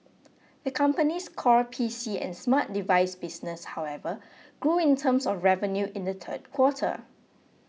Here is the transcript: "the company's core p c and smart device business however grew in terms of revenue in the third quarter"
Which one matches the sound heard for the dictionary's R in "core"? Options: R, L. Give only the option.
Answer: R